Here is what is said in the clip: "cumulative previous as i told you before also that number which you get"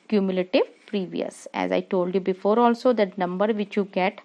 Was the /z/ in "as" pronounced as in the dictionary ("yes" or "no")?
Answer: yes